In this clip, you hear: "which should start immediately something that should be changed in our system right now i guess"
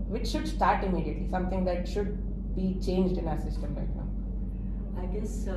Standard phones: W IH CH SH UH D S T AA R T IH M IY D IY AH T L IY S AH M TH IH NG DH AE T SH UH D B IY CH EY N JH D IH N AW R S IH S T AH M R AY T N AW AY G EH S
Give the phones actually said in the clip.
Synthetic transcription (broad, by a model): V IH CH SH UH D S T AA R T IH M IY D IY AH T L IY S AH M T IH NG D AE T SH UH D B IY CH EY N JH D IH N AW R S IH S T AH M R AY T N AW AY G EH S